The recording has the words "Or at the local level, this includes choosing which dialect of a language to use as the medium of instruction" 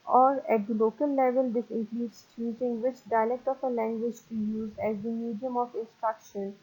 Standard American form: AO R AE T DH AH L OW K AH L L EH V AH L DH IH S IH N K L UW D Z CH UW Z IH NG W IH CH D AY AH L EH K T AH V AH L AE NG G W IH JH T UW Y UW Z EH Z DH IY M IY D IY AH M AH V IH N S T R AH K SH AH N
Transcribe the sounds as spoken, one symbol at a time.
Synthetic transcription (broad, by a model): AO R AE T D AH L OW K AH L L EH V AH L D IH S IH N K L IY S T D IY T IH NG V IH CH D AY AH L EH K T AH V AH L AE NG G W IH JH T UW Y UW Z EH Z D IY M IY D IY AH M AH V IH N S T R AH K SH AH N